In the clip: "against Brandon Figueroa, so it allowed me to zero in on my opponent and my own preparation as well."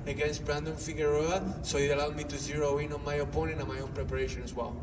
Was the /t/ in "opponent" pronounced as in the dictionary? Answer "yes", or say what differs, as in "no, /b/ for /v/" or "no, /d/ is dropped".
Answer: no, /t/ is dropped